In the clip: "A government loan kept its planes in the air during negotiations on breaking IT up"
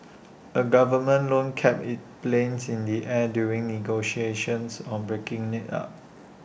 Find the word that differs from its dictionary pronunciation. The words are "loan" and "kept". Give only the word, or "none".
kept